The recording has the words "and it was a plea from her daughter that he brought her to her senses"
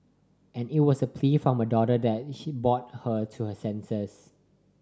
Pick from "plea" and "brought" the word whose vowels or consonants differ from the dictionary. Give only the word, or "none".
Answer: brought